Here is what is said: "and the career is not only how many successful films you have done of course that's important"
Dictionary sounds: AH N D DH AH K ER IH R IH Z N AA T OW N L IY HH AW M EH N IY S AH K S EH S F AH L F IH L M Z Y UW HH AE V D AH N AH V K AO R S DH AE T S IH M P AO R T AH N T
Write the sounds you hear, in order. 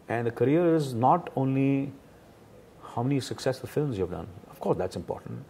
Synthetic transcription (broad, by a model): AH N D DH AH K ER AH R IH Z N AA T OW N L IY HH AW M EH N IY S AH K S EH S F AH L F IH L M Z Y UW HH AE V D AH N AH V K AO R S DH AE T S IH M P AO R T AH N T